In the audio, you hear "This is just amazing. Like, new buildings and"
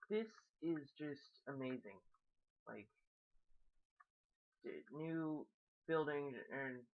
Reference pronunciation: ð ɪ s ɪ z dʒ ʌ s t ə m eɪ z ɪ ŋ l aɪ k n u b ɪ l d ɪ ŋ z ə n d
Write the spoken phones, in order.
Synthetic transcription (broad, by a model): ð ɪ s ɪ z dʒ ʌ s t ə m eɪ z ɪ ŋ l aɪ k n u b ɪ l d ɪ ŋ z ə n